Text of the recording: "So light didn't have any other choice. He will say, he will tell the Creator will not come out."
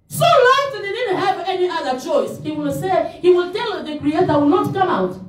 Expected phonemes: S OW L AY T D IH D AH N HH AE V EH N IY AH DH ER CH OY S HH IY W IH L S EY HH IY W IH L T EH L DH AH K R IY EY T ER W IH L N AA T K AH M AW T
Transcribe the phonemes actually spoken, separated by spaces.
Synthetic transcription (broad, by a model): S OW L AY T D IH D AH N HH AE V EH N IY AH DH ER CH OY S HH IY W IH L S EY HH IY W IH L T EH L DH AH K R IY EY T ER W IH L N AA T K AH M AW T